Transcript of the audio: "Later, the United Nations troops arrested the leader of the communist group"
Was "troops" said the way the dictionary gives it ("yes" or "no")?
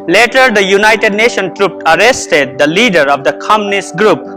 no